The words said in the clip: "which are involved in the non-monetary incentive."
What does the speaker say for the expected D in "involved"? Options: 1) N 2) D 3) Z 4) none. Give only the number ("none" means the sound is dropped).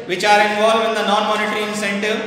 4